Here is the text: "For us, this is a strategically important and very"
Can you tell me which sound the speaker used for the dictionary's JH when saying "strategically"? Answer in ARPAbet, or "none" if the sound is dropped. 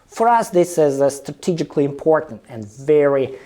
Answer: JH